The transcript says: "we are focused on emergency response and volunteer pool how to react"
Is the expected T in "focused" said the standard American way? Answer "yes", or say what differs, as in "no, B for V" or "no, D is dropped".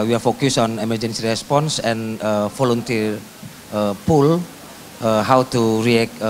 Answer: no, T is dropped